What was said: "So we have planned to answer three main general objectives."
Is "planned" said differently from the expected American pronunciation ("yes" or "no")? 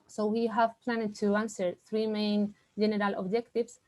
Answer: no